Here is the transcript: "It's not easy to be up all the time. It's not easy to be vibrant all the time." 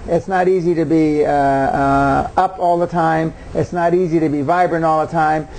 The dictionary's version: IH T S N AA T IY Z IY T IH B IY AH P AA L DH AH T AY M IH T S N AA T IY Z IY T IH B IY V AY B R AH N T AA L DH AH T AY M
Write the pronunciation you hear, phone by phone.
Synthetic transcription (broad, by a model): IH T S N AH T IY Z IY T IH B IY AH P AA L DH AH T AY M IH T S N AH T IY Z IY T IH B IY V AY B R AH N AA L DH AH T AY M